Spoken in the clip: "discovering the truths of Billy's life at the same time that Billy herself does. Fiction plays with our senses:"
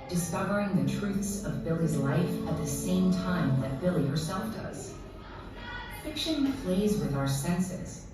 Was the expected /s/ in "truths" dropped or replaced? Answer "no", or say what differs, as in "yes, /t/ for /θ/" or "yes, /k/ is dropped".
no